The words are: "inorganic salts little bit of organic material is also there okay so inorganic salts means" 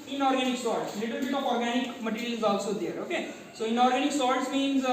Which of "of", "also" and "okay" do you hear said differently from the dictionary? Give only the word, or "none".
of